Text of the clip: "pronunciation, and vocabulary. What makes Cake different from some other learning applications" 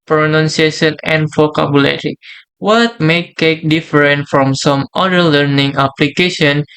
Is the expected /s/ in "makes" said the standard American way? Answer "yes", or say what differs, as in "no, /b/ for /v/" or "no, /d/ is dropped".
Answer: no, /s/ is dropped